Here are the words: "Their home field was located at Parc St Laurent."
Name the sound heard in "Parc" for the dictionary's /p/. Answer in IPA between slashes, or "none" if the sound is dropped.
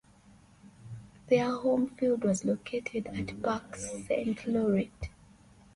/b/